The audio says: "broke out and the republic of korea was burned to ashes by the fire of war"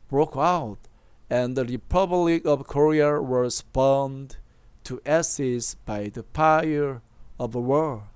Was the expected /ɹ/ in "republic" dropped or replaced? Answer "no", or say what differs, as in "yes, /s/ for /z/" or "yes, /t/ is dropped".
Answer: no